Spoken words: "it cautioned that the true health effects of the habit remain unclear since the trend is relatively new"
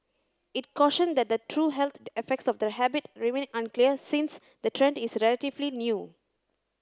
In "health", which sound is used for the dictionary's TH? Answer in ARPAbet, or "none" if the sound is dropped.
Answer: T